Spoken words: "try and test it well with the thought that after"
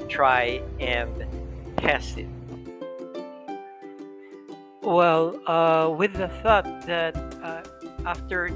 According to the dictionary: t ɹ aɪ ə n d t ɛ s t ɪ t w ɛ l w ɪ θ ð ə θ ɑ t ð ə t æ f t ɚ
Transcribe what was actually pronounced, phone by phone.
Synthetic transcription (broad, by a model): t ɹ aɪ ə n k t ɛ s t ɪ t w ɛ l w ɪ ð ə θ ɑ t ð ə t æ f t ɚ